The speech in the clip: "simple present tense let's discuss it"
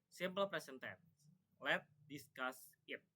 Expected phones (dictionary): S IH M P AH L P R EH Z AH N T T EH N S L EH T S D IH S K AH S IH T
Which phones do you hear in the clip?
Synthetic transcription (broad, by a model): S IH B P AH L P R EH S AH N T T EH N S L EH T D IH S K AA S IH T